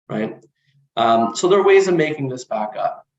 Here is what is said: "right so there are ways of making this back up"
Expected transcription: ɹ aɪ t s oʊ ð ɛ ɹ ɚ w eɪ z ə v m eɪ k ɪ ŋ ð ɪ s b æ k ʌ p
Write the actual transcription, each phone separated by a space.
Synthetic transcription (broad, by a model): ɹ aɪ t s oʊ ð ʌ ɹ w eɪ z ə v m eɪ k ɪ ŋ ð ɪ s b æ k ʌ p